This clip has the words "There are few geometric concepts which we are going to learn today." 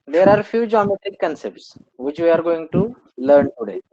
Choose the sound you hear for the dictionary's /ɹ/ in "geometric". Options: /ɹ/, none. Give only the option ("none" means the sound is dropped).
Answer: none